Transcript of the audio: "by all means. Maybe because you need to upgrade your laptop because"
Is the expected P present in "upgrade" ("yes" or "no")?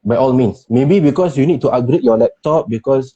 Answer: no